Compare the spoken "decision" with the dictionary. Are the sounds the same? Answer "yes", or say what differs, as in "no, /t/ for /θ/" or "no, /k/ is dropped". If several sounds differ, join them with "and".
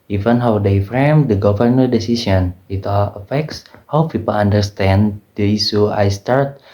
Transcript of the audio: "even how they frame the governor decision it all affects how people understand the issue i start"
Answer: no, /s/ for /ʒ/